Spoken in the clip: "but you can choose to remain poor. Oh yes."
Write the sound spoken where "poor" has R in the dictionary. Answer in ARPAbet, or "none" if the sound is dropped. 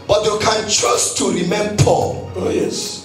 L